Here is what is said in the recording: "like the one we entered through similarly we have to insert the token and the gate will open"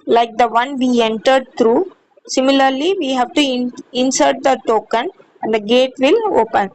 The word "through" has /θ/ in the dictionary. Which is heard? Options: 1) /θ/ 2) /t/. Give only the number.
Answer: 2